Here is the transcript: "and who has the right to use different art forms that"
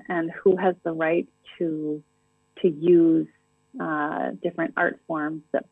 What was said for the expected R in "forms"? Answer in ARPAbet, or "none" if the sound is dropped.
R